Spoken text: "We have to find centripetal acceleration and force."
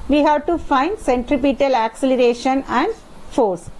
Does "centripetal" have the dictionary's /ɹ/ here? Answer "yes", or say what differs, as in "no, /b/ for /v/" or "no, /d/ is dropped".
yes